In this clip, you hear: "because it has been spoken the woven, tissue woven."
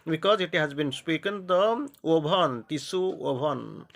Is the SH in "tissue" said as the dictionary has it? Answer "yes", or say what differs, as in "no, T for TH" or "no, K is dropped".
no, S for SH